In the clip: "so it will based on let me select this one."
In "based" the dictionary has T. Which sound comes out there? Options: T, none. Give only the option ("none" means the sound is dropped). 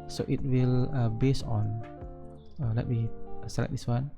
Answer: none